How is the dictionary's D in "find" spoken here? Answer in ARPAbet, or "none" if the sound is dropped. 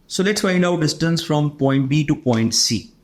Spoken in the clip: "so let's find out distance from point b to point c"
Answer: none